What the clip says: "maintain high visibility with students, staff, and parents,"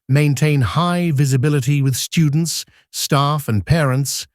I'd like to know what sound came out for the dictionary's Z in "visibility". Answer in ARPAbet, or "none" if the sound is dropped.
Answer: Z